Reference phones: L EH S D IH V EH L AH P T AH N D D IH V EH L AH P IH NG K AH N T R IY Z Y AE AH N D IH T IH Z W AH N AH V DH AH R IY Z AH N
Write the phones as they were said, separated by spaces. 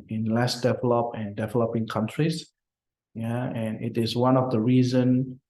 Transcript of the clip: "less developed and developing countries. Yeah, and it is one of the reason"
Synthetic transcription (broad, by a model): L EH S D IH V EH L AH P AH N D D IH V EH L AH P IH NG K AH N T R IY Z Y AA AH N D IH T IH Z W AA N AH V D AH R IY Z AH N